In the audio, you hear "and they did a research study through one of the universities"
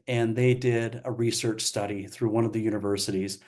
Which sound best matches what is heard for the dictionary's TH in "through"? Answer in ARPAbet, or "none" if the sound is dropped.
TH